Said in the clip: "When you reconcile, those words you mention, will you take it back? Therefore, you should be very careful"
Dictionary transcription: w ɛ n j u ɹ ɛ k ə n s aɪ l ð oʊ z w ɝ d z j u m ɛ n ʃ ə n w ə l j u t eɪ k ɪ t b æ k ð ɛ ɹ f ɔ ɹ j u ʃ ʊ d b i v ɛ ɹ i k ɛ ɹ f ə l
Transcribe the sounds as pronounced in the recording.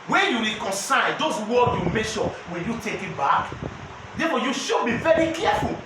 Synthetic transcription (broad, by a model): w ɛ n j u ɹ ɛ k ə n s aɪ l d oʊ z w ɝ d j u m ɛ ʃ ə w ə j u t eɪ k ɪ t b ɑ k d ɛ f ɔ j u ʃ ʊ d b i v ɛ ɹ i k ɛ f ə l